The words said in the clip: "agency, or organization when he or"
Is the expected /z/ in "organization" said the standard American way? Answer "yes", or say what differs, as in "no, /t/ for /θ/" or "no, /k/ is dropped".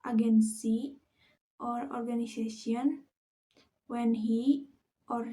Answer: no, /s/ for /z/